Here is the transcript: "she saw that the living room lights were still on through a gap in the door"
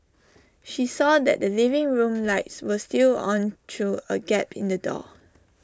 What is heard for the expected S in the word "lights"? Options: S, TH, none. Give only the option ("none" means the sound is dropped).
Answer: S